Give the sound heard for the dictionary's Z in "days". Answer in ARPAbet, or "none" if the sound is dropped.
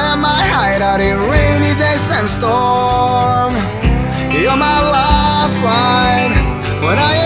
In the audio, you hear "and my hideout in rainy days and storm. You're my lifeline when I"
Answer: S